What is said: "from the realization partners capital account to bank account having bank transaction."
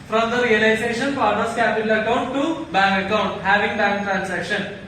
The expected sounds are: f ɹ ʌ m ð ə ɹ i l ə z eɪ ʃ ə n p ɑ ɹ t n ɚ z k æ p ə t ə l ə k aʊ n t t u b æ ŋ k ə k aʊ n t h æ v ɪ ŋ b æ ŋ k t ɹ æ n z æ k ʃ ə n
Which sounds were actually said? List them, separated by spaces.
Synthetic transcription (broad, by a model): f ɹ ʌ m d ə ɹ i l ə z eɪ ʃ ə n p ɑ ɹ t ɚ s k æ p ə t ə l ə k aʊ n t t u b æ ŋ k ə k aʊ n t h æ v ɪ ŋ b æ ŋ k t ɹ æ n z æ k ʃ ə n